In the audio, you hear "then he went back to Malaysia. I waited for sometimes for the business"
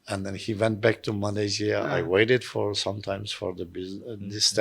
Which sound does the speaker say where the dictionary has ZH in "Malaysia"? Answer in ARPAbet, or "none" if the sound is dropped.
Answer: Z